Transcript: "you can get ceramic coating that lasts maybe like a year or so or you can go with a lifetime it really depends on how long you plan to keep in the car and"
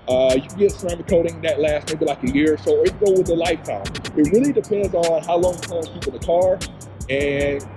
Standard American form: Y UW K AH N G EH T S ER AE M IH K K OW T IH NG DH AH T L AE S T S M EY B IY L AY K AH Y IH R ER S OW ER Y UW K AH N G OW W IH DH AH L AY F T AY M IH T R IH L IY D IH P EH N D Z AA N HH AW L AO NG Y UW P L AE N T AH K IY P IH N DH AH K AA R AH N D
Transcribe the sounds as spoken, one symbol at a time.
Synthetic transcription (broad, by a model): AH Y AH G EH T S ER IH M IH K K OW T IH NG DH AH T L AE S T M EY B IY L AY K AH Y IH R S OW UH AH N G OW W IH DH AH L AY F T AY M IH T R IH L IY D IH P EH N D Z N HH AW L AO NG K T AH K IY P IH N DH AH K AA R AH N